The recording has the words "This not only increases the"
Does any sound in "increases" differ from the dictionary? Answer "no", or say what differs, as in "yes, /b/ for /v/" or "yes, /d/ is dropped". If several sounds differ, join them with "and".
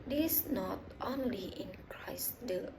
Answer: yes, /s/ is dropped